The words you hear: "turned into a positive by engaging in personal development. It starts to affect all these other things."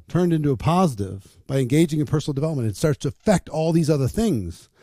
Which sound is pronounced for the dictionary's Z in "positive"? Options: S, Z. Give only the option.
Z